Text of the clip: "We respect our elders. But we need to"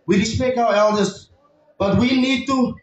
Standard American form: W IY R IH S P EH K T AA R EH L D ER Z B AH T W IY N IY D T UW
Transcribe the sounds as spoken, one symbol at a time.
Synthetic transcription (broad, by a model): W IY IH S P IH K AA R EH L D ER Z B AH T W IY N IY D T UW